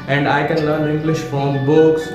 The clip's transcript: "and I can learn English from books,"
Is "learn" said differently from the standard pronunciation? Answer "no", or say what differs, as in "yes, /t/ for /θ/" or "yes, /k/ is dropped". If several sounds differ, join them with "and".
yes, /l/ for /n/